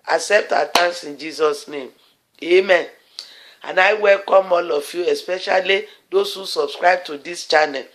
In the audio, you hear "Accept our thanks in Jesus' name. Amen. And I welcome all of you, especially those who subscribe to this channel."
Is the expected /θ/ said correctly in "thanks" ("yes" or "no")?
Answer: no